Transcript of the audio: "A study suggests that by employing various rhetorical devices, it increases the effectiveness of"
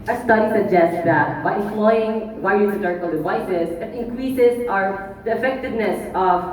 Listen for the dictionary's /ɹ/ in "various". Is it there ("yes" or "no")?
no